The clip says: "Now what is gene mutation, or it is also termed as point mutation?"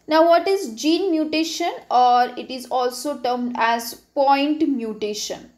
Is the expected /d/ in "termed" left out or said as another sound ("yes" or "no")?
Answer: no